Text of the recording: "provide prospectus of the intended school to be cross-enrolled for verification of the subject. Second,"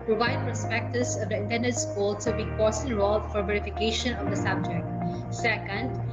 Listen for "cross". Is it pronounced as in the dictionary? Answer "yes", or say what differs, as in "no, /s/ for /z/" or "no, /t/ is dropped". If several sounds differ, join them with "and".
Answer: no, /ɹ/ is dropped